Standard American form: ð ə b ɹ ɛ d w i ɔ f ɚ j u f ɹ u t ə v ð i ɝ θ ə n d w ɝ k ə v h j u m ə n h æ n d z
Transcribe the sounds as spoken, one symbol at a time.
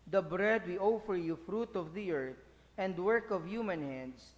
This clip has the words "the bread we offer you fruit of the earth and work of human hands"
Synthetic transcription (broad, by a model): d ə b ɹ ɛ d w i ɔ f ɚ j u f ɹ u t ə v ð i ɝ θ ə n d w ɝ k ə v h j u m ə n h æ n d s